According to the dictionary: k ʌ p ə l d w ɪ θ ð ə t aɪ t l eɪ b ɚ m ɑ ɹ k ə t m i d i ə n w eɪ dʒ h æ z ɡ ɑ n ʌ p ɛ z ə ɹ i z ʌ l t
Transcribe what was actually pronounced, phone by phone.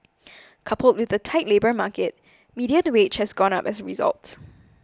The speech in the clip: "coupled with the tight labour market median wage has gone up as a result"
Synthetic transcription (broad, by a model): k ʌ p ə l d w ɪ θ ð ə t aɪ t l eɪ b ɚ m ɑ k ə t m i d i ə n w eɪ tʃ h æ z ɡ ɑ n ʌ p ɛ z ə ɹ i z ʌ l t